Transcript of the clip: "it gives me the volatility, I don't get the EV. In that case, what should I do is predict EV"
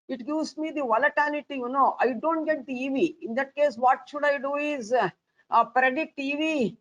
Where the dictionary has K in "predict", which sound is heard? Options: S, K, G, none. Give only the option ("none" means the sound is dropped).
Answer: none